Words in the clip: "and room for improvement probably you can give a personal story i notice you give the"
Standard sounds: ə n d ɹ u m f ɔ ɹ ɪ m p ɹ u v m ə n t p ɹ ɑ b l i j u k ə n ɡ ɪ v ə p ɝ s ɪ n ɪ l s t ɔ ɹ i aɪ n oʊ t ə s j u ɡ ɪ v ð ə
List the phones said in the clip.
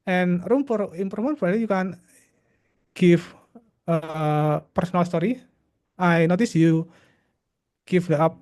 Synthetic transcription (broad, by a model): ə n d ɹ u m p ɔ ɹ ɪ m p ɹ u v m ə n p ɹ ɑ l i j u k ə n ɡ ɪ f ə p ɝ s ɪ n ɪ l s t ɔ ɹ i aɪ n oʊ t ə s j u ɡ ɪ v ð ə